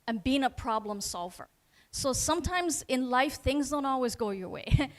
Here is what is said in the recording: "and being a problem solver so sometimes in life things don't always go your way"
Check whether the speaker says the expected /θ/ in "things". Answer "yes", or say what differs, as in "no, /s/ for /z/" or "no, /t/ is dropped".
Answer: yes